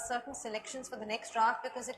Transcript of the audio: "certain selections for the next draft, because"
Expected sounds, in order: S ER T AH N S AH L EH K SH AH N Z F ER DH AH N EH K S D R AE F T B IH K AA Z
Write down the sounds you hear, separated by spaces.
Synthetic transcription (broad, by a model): S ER T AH N S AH L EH K SH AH N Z F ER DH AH N EH K S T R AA T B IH K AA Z